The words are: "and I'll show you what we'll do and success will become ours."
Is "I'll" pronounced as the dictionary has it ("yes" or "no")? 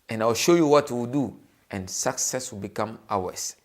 no